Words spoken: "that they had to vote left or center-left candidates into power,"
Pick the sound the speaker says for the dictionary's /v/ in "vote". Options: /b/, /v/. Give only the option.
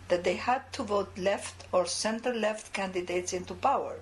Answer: /v/